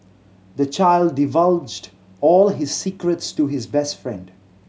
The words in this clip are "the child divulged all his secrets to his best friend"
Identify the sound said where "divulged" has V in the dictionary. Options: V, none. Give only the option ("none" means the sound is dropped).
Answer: V